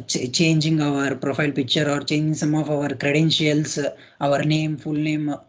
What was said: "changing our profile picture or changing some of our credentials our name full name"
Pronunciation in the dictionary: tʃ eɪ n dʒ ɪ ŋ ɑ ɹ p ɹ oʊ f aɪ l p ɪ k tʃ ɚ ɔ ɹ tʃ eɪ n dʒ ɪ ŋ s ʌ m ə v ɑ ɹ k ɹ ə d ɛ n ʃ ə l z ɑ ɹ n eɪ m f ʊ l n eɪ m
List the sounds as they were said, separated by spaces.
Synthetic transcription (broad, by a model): tʃ eɪ n dʒ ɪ ŋ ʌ ɹ p ɹ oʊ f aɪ l p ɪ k tʃ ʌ ɔ ɹ tʃ eɪ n dʒ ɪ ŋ s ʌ m ə v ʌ ɹ k ɹ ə d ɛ n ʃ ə l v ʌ ɹ n eɪ m f ʊ l n eɪ m